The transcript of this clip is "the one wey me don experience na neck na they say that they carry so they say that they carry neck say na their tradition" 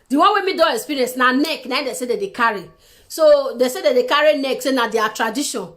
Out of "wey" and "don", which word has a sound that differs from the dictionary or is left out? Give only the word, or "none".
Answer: don